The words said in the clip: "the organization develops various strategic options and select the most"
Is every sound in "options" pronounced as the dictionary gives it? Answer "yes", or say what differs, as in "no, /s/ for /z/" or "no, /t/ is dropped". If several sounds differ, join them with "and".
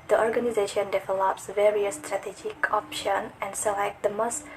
no, /z/ is dropped